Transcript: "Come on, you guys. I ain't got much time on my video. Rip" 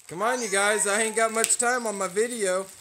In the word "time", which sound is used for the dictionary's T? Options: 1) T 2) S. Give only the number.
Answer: 1